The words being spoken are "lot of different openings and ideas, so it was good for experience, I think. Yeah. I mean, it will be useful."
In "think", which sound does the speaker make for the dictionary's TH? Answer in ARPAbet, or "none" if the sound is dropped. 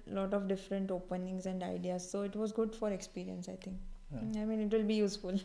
T